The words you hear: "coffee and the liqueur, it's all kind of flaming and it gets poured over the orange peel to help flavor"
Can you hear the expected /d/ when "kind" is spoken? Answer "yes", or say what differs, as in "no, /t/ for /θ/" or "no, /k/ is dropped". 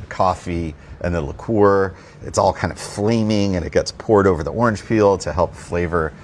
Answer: no, /d/ is dropped